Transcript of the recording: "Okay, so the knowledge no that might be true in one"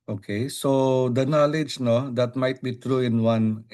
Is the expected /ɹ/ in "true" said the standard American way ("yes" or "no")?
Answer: yes